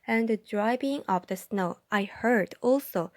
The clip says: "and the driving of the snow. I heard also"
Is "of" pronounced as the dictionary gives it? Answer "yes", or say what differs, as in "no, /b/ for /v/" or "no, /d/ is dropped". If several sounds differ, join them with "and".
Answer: no, /p/ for /v/